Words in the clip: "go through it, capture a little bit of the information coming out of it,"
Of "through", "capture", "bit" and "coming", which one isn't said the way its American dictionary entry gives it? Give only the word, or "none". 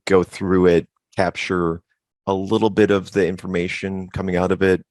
none